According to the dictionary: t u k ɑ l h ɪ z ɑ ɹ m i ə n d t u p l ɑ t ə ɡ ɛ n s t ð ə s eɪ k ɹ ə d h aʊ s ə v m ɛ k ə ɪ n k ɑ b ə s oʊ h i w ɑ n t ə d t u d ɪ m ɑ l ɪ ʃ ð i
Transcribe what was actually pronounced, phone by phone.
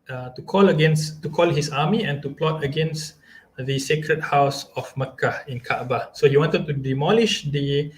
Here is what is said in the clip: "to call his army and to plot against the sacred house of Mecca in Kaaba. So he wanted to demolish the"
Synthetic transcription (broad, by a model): t u k ɑ l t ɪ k ɑ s m i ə n t u p l ɑ t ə ɡ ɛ n s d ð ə s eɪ k ɹ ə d h aʊ s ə f m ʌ k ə ɪ n k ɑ b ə s oʊ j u w ɑ n t ə d t u d ɪ m ɑ l ɪ ʃ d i